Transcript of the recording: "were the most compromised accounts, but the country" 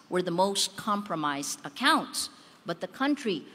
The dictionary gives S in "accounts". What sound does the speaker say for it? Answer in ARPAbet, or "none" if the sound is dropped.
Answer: S